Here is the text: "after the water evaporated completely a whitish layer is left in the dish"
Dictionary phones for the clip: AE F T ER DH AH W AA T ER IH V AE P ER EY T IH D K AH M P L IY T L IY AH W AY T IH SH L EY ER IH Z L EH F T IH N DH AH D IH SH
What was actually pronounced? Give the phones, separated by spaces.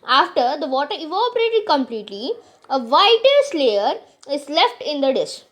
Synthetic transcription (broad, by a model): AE F T ER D AH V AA T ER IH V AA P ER EY T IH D K AH M P L IY T L IY AH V AY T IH S L EY ER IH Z L EH F T IH N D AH D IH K